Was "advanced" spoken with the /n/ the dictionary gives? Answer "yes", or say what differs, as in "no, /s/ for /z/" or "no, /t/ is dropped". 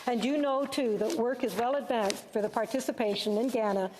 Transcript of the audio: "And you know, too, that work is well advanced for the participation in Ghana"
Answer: yes